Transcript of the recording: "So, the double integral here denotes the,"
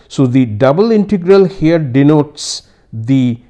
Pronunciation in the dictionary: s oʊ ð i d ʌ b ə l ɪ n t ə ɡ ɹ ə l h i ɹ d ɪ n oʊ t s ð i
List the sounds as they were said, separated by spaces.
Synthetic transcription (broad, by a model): s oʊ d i d ʌ b ə l ɪ n t ə ɡ ɹ ə l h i ɹ d ɪ n oʊ t s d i